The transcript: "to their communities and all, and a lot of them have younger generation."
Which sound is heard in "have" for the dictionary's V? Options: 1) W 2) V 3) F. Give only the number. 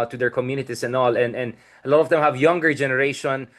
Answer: 2